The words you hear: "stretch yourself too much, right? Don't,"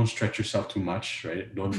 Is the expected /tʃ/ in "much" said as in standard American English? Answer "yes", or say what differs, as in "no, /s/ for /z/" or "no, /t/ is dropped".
yes